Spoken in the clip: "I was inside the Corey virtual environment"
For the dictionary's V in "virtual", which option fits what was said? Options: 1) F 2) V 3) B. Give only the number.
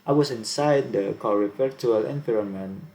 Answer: 1